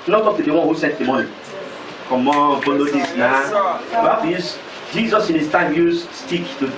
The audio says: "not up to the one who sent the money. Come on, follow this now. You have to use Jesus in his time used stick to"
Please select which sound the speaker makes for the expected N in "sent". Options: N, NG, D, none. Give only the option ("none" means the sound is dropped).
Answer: none